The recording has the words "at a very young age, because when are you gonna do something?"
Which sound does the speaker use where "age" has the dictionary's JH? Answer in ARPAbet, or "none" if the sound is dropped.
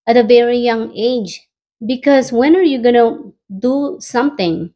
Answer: JH